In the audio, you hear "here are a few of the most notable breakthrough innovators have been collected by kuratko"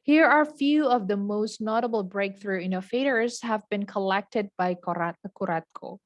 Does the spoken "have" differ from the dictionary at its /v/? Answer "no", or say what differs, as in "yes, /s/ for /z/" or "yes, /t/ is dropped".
no